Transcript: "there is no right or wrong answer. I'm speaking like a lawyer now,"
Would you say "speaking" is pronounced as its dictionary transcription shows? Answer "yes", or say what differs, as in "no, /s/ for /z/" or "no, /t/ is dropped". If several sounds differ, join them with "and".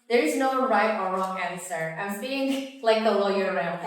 no, /p/ is dropped and /k/ is dropped